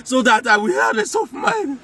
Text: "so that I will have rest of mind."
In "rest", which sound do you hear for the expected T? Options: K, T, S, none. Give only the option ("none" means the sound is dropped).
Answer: none